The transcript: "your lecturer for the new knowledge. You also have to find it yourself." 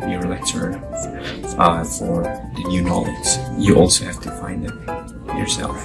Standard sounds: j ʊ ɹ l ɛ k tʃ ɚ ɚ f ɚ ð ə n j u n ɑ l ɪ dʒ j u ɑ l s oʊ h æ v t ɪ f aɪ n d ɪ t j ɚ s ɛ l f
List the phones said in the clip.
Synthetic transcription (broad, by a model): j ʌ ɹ l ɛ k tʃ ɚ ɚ f ɚ ð ə n j u n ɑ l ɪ z j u ɑ l s oʊ h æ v t ɪ f aɪ n d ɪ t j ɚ s ɛ l f